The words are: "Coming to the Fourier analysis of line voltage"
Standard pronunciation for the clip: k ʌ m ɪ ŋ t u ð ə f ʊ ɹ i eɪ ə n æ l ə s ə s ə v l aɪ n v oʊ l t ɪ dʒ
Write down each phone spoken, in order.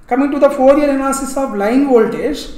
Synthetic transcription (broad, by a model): k ʌ m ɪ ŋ t u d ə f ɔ ɹ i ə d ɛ n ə s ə s ə v l aɪ n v oʊ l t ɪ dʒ